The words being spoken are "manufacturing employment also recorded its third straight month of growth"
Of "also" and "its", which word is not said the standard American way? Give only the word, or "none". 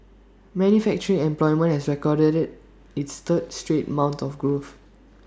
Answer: also